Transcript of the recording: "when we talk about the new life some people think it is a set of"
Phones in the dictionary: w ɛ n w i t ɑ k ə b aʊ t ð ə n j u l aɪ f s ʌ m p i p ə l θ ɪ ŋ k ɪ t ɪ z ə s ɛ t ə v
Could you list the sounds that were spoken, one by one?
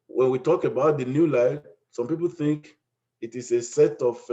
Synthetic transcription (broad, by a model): w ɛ n w i t ɑ k ə b aʊ t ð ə n j u l aɪ f s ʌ m p i p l θ ɪ ŋ k ɪ t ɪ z ə s ɛ t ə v